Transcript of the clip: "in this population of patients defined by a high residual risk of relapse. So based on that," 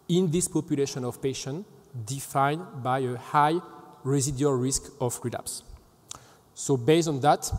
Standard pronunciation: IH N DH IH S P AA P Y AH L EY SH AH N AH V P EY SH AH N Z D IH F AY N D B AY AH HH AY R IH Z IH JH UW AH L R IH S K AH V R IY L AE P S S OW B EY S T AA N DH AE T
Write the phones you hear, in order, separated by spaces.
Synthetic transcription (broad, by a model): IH N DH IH S P AA P Y AH L EY SH AH N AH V P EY SH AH N D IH F AY N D B AY AH HH AY R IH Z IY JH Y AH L R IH S K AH F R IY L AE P S S OW B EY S AA N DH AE T